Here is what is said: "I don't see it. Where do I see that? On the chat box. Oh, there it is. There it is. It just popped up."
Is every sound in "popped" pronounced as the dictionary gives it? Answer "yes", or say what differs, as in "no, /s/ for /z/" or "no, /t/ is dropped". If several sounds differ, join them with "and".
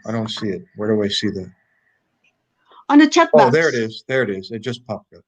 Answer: no, /t/ is dropped